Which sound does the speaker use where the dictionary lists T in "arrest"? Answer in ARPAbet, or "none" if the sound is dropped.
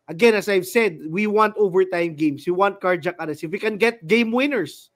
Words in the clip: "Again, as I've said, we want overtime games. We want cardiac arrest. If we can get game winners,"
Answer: none